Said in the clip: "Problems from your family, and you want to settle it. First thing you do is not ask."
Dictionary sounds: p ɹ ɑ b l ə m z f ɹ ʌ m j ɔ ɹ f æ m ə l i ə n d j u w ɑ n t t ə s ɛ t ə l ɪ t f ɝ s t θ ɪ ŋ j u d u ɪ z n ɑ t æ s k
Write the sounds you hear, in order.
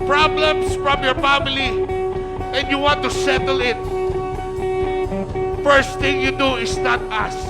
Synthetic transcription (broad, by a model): p ɹ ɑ b l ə m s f ɹ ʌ m j ɔ ɹ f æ m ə l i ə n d j u w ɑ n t t ə s ɛ t ə l ɪ t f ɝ s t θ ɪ ŋ j u d u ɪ s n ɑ t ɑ s